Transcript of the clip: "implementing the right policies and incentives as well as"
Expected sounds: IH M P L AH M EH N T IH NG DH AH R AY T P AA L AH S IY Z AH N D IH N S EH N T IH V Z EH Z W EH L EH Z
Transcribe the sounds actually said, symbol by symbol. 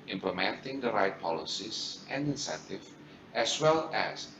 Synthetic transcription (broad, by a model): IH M P L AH M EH N T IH NG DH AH R AY T P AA L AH S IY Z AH N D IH N S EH N T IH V EH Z W EH L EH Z